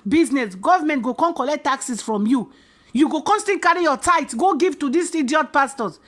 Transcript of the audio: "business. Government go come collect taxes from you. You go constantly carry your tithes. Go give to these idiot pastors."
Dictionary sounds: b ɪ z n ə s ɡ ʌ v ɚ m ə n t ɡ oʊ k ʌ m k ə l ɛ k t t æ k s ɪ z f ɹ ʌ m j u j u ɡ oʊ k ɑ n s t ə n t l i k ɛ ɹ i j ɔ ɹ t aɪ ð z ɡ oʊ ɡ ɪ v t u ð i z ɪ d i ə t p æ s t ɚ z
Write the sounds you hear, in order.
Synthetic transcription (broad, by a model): b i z n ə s ɡ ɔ v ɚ m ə n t ɡ oʊ k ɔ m k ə l ɛ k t t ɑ k s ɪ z f ɹ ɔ m j u j u ɡ oʊ k ɑ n s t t i k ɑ ɹ i j ɔ t aɪ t ɡ oʊ ɡ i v t u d i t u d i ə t p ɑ s t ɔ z